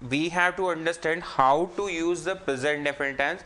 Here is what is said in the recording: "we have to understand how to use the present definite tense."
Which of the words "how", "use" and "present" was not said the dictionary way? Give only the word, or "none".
present